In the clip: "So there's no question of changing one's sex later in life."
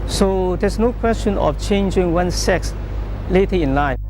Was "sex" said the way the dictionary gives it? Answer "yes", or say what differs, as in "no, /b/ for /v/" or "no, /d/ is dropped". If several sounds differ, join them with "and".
yes